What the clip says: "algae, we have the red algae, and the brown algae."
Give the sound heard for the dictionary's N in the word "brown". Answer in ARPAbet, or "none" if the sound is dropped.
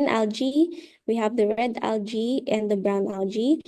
N